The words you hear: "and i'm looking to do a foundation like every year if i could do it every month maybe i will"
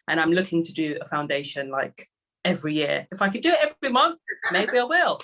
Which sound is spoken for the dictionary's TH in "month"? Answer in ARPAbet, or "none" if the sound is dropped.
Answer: TH